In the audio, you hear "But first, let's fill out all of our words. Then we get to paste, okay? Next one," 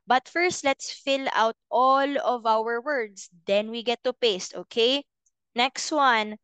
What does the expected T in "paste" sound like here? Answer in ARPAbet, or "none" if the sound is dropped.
T